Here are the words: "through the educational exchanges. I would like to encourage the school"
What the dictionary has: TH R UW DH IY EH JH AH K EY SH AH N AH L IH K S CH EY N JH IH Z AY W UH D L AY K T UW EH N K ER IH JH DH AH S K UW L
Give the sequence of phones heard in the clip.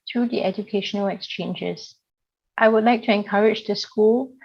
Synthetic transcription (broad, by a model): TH R UW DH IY EH JH AH K EY SH AH N AH L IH K S CH EY N JH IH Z AY W UH D L AY K T UW EH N K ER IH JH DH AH S K UW L